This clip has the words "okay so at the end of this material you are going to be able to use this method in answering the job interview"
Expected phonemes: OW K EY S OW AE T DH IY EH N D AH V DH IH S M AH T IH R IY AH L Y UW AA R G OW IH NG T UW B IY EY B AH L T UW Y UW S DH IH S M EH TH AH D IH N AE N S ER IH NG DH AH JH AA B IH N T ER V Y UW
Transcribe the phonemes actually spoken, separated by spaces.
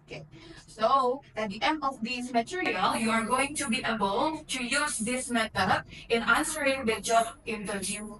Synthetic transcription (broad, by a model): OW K EY S OW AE T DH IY EH N D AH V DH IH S M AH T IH R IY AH L Y UW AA R G OW IH NG T UW B IY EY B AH L T UW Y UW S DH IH S M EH T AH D IH N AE N S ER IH NG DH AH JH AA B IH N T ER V Y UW